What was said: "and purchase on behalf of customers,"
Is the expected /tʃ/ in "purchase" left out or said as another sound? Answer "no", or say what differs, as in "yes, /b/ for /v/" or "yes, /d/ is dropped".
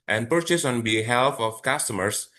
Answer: no